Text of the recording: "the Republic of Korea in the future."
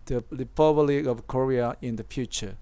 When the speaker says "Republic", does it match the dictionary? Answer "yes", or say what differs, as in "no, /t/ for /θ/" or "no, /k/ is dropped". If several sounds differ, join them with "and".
no, /l/ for /ɹ/